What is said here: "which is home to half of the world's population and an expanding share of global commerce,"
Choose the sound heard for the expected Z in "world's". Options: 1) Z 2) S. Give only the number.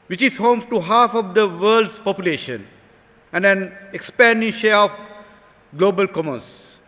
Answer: 2